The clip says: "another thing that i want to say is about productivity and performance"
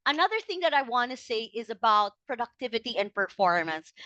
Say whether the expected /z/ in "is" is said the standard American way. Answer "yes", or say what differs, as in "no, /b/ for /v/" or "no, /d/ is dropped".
yes